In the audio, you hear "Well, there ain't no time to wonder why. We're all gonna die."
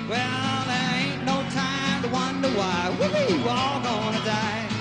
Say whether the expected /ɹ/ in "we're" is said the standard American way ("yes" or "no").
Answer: no